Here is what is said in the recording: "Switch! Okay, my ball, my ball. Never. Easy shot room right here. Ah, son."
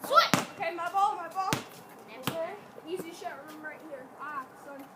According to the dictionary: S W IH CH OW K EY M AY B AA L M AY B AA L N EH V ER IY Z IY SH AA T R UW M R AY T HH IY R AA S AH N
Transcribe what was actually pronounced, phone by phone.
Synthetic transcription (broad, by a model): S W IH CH OW K EY M AY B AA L M AY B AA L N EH ER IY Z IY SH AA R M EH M R AY T HH IY R AA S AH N